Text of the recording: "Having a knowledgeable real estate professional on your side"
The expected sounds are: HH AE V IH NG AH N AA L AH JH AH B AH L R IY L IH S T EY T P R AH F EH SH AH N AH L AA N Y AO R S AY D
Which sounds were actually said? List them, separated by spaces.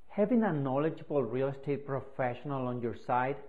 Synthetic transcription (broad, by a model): HH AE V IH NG AH N AA L AH JH AH B AH L R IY L S T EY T P R AH F EH SH AH N AH L AA N Y AO R S AY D